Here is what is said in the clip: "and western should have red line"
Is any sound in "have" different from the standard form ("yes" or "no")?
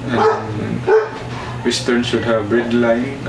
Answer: yes